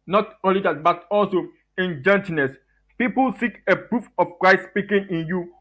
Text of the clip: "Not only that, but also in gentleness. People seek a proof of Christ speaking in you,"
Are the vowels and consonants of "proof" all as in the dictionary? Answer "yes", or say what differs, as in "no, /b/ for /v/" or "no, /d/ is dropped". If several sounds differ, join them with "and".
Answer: yes